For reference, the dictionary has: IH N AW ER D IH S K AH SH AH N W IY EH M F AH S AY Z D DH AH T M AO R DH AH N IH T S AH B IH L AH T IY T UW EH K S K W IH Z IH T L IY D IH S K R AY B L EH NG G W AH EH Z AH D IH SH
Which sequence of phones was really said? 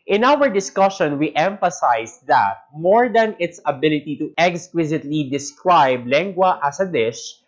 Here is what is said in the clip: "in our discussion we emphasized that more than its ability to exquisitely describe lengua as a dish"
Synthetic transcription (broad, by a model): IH N AW ER D IH S K AH SH AH N W IY EH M F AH S AY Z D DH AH T M AO R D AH N IH T S AH B IH L AH T IY T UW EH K S K W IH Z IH T L IY D IH S K R AY B L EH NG G W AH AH S AH D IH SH